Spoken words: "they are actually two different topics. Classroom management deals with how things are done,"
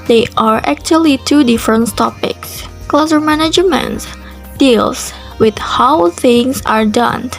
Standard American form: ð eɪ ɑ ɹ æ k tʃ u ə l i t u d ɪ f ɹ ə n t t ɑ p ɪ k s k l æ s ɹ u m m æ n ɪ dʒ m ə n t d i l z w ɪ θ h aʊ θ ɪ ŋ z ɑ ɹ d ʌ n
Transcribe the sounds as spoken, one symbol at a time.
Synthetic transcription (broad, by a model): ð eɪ ɑ ɹ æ k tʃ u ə l i t u d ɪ f ɹ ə n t t ɑ p ɪ k s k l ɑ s ʌ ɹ m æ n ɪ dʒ m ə n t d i l s w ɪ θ h aʊ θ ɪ ŋ s ɑ ɹ d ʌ n